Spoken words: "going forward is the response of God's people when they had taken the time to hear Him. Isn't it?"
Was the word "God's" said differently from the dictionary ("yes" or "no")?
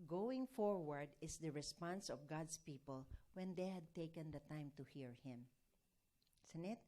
yes